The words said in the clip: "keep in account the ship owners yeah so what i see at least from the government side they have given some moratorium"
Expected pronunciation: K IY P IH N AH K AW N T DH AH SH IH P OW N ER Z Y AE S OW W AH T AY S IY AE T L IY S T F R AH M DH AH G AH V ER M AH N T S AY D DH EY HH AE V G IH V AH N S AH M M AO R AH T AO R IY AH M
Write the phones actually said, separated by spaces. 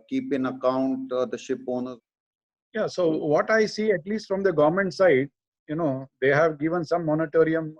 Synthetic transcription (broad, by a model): K IY P IH N AH K AW N T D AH SH IH P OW N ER Y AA S OW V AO T AY S IY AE T L IY S T F R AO M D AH G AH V M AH N T S AY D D EY HH AE V G IH V AH N S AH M M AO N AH T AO R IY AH M